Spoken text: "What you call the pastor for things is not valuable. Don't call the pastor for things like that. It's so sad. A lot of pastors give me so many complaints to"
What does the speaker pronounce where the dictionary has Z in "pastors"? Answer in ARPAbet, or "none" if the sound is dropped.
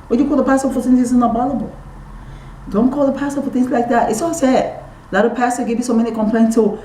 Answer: none